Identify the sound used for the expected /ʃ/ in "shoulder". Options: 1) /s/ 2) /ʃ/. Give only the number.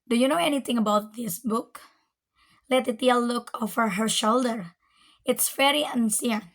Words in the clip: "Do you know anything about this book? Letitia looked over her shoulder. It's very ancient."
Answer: 2